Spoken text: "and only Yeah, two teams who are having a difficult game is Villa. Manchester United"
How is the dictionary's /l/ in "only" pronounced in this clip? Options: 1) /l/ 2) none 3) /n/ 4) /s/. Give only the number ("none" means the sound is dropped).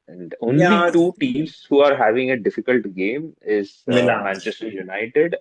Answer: 2